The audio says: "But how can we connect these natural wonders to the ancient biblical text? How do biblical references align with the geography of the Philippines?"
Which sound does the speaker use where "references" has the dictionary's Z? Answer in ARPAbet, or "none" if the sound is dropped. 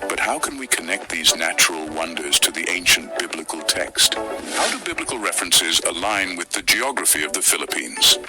Z